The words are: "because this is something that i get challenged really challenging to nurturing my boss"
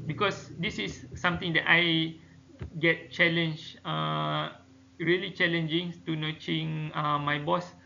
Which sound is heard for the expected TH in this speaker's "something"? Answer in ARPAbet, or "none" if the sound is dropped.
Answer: T